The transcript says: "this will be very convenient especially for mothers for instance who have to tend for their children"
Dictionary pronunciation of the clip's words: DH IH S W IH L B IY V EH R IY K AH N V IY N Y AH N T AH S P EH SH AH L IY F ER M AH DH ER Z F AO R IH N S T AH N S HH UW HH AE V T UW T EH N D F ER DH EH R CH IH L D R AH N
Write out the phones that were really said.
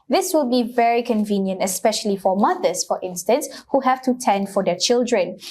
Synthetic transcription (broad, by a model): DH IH S W IH L B IY V EH R IY K AH N V IY N Y AH N T AH S P EH SH AH L IY F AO M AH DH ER S F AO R IH N S T AH N S HH UW HH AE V T UW T EH N D F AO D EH CH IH L D R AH N